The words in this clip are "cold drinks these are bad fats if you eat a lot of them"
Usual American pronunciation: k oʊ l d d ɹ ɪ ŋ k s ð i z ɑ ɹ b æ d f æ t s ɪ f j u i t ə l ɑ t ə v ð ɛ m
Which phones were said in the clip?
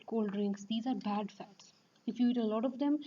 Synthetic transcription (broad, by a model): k oʊ l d d ɹ ɪ ŋ k s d i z ɑ ɹ b æ d f æ t s ɪ f j u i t ə l ɑ t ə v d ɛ m